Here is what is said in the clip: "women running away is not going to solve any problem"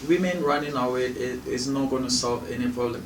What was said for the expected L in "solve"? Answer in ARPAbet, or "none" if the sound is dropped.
L